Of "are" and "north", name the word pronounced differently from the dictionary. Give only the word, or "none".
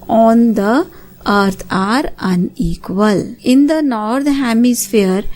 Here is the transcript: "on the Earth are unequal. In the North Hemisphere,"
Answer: north